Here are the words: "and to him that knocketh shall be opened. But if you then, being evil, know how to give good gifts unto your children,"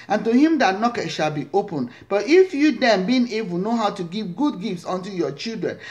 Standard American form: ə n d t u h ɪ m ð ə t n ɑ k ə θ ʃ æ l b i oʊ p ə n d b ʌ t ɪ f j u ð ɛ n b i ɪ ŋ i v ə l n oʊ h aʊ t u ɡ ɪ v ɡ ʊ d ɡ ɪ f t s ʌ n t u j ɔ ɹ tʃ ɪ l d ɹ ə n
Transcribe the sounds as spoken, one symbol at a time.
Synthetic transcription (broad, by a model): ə n t u h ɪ m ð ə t n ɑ k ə t ʃ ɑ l b i oʊ p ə n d b ʌ t ɪ f j u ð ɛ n b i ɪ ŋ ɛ b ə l n oʊ h aʊ t u ɡ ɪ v ɡ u d ɡ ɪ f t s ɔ n t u j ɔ tʃ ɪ l d ɹ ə n